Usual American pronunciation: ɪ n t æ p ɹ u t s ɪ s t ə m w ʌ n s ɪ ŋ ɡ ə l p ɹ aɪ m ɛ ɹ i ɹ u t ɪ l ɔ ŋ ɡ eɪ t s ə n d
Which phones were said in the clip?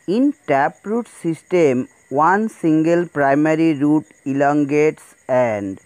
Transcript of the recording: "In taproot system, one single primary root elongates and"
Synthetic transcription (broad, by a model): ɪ n t æ p ɹ u t s ɪ s t ə m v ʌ n s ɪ ŋ ɡ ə l p ɹ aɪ m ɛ ɹ i ɹ u t ɪ l ɔ ŋ ɡ eɪ t s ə n d